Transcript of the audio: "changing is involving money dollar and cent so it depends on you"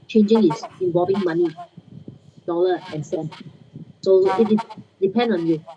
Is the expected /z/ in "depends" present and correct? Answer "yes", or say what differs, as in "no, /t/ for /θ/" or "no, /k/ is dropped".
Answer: no, /z/ is dropped